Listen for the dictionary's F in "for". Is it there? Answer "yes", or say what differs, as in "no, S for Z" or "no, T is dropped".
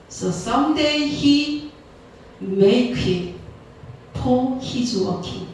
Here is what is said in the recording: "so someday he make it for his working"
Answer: no, P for F